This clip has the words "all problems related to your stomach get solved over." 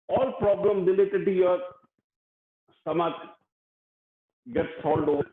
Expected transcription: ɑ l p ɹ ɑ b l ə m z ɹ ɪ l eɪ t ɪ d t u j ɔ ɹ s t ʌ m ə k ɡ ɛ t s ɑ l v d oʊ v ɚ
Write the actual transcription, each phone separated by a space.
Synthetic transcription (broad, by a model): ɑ l p ɹ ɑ b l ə m ɹ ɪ l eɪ t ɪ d t u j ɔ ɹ s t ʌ m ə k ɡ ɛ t s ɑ l d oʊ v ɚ